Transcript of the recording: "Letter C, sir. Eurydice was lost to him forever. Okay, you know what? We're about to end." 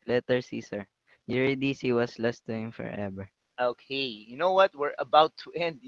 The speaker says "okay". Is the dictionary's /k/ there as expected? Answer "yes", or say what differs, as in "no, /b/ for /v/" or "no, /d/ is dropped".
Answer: yes